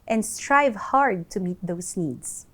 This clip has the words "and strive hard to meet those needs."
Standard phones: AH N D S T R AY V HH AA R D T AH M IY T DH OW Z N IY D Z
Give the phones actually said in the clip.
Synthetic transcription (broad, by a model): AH N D S T R AY V HH AA R D T AH M IY T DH OW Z N IY D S